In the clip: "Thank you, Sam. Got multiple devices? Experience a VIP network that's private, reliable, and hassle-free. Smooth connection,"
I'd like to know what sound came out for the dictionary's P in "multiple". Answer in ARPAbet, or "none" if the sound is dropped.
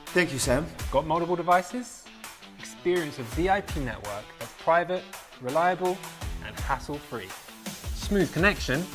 B